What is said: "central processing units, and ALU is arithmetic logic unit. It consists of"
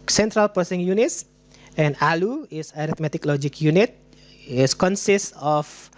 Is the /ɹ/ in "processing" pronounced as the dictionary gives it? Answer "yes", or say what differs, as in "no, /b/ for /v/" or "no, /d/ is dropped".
no, /ɹ/ is dropped